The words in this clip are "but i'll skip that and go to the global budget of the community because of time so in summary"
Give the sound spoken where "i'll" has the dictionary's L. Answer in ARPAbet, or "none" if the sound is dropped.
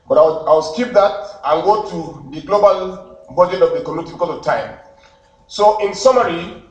W